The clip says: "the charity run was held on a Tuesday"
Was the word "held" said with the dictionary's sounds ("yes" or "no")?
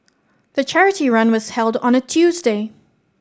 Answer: yes